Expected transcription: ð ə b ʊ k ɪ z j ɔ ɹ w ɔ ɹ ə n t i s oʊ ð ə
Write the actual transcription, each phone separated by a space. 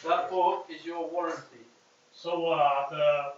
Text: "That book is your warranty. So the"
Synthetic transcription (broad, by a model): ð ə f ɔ ɪ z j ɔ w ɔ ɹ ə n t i s oʊ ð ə